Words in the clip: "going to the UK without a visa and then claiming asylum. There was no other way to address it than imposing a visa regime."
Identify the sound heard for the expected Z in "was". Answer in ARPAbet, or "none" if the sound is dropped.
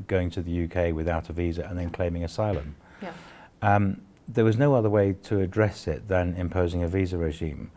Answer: Z